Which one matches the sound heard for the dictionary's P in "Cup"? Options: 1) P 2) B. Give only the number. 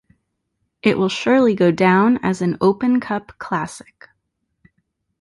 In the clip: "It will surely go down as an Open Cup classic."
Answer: 1